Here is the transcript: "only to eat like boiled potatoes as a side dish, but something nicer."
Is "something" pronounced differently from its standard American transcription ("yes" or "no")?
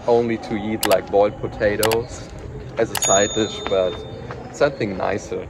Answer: no